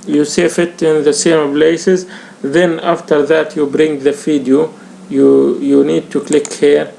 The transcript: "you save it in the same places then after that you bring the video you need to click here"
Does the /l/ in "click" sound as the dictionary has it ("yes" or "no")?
yes